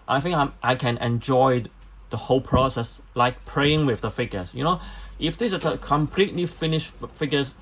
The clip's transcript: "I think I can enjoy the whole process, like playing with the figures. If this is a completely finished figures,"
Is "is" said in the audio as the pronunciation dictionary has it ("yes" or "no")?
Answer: no